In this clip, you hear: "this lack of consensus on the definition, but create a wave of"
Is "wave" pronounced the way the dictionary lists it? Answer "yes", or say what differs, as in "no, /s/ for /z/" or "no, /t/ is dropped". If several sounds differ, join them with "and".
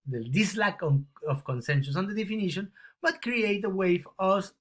no, /f/ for /v/